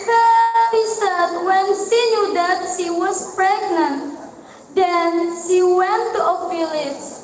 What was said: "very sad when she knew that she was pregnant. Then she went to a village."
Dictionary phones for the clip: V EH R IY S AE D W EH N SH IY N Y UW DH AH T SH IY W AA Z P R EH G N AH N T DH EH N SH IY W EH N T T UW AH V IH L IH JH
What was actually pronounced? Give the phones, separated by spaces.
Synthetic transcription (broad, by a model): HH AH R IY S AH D W EH N SH IY N Y UW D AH T SH IY W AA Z P R EH G N AH N T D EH N SH IY W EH N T T UW AH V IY L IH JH